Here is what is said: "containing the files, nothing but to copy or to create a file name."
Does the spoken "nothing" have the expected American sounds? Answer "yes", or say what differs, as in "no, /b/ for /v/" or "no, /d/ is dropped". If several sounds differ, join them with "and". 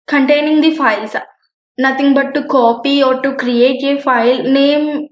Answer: no, /t/ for /θ/